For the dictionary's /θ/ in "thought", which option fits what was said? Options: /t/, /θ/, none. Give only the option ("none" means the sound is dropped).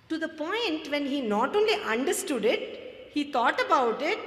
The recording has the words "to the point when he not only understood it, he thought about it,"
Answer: /t/